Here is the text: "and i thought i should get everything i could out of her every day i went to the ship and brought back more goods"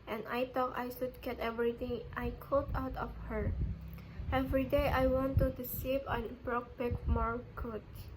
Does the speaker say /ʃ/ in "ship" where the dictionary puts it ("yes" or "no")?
no